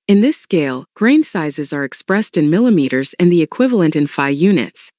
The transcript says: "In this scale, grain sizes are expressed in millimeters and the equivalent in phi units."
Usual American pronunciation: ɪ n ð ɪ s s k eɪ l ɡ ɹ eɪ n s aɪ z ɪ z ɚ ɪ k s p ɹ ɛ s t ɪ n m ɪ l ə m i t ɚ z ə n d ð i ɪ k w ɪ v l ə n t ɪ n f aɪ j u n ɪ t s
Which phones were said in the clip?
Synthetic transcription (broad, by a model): ɪ n ð ɪ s s k eɪ l ɡ ɹ eɪ n s aɪ z ɪ z ɚ ɪ k s p ɹ ɛ s t ɪ n m ɪ l ə m i t ɚ z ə n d ð i ɪ k w ɪ v l ə n t ɪ n f aɪ j u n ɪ t s